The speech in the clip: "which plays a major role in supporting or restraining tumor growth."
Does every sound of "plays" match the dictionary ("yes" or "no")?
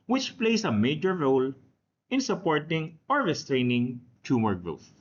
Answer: no